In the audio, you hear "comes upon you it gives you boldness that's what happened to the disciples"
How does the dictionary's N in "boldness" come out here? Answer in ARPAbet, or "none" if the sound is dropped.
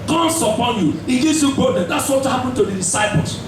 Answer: none